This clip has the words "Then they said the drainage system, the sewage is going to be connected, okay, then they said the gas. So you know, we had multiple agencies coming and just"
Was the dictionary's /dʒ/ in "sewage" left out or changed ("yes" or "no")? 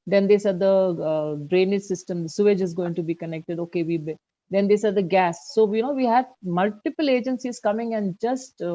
no